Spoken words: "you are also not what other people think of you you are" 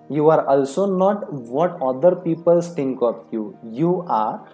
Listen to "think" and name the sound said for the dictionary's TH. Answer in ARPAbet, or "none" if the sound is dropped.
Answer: S